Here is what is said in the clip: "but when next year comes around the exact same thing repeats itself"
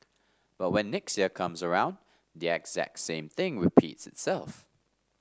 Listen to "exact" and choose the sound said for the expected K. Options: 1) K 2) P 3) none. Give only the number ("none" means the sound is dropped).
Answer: 1